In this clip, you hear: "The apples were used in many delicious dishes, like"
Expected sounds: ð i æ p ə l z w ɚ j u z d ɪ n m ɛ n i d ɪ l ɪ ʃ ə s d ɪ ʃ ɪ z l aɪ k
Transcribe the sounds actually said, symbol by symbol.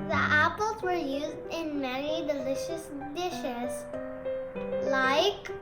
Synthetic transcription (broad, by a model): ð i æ p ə l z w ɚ j u z d ɪ n m ɛ n i d ɪ l ɪ ʃ ə s d ɪ ʃ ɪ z l aɪ k